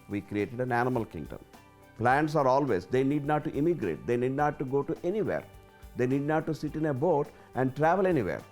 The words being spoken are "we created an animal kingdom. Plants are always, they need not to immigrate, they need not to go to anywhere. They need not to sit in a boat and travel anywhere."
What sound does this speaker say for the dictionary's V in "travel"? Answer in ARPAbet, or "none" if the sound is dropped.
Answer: V